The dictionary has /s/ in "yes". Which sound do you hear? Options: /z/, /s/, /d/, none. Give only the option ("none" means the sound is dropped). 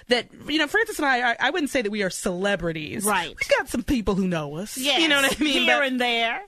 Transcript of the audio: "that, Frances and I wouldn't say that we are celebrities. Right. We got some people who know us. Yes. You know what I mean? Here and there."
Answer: none